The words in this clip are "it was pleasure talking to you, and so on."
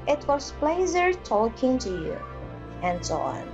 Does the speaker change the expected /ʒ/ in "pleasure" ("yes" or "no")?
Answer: yes